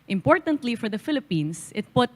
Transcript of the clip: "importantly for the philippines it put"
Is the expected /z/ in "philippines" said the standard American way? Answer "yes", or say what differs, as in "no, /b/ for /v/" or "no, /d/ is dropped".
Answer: no, /s/ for /z/